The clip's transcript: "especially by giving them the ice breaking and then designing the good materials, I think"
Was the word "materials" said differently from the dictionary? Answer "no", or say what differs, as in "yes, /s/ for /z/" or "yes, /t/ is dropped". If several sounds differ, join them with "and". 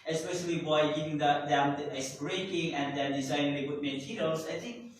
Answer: yes, /l/ is dropped